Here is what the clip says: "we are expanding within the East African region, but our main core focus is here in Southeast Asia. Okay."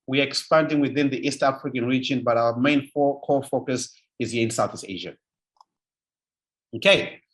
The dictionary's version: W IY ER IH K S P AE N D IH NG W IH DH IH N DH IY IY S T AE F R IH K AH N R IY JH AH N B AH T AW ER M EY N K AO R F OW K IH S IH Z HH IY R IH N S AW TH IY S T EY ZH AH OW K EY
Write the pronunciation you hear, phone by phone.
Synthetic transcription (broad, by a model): W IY ER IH K S P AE N D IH NG W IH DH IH N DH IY IY S T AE F R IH K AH N R IY JH AH N B AH T AW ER M EY N K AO F OW K IH S IH Z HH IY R IH N S AW TH IY S T EY ZH AH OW K EY